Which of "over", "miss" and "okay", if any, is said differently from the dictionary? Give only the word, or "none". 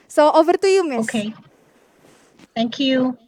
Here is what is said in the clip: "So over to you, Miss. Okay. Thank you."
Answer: miss